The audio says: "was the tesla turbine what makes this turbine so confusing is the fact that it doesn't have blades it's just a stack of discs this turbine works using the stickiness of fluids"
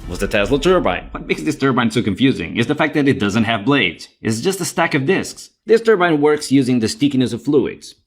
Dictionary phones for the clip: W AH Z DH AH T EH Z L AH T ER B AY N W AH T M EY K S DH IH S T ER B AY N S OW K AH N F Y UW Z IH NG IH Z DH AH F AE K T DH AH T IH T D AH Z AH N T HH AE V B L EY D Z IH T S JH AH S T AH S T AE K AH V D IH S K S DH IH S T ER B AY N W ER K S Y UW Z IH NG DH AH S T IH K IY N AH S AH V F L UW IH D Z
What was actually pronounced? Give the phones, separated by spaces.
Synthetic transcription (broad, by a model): W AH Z DH AH T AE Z L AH T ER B AY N W AH T M EY K S DH IH S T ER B AY N S OW K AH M F Y UW Z IH NG IH Z DH AH F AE K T DH AH T IH T D AH Z AH N T HH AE V B L EY D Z IH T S JH AH S T AH S T AE K AH V D IH S K S DH IH S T ER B AY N W ER K S Y UW Z IH NG DH AH S T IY K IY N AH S AH V F L UW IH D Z